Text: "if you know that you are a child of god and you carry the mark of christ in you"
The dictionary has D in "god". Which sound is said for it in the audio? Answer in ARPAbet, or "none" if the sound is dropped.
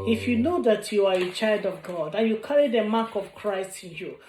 D